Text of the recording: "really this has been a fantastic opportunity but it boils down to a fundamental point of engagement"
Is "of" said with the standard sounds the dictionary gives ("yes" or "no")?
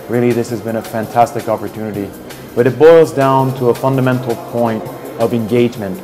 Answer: yes